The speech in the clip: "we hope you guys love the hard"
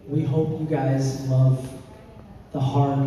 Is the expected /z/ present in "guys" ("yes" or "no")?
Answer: yes